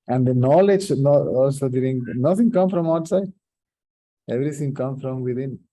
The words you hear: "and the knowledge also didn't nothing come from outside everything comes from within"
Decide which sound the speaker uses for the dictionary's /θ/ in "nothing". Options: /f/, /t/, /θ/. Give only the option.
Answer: /t/